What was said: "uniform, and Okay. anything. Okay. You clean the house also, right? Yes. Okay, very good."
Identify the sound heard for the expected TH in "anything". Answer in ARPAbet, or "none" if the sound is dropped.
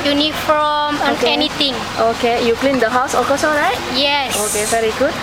T